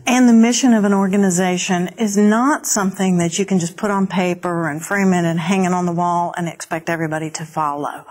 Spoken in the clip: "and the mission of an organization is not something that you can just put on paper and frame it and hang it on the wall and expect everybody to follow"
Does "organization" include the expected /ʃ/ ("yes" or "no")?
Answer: yes